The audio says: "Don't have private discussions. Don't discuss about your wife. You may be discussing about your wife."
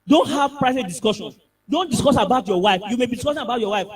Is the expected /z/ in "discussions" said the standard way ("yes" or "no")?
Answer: no